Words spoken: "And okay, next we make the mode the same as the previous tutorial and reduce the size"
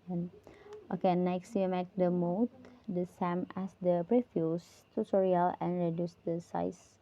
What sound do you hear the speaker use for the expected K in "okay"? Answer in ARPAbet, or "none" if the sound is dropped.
K